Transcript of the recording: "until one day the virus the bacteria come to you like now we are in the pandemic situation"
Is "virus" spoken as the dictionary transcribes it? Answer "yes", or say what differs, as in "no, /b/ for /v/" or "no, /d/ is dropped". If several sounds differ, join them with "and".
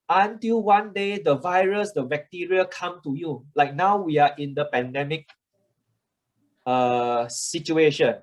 yes